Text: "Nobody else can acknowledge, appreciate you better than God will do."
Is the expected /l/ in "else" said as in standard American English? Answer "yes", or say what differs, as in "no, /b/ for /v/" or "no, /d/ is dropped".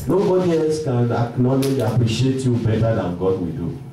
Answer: no, /l/ is dropped